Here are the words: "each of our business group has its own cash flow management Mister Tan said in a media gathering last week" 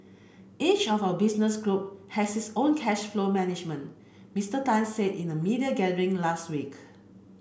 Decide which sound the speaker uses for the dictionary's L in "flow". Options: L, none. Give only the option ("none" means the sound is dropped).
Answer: L